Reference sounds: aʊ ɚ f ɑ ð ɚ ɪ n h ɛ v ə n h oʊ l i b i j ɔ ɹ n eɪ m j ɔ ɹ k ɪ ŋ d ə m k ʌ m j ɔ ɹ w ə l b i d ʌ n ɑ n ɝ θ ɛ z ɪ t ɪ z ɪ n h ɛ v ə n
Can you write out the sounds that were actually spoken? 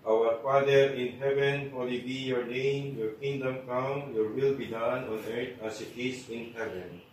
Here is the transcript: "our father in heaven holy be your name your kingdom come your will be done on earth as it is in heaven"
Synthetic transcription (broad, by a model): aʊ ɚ f ɑ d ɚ ɪ n h ɛ v ə n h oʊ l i b i j ɔ ɹ n eɪ m j ɔ ɹ k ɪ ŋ d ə m k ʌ m j ɔ ɹ w ə l b i d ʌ n ɑ n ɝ t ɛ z ɪ t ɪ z ɪ n h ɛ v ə n